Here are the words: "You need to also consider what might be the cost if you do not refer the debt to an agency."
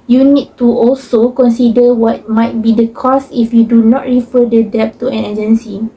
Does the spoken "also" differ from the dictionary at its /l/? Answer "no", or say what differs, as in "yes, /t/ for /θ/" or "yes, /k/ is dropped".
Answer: no